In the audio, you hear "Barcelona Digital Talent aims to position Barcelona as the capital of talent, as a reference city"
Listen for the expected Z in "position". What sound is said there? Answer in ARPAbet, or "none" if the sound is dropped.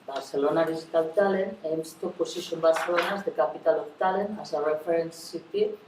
S